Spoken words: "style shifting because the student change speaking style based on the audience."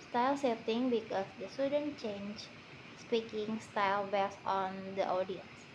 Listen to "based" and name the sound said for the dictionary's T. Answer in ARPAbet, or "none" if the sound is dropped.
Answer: none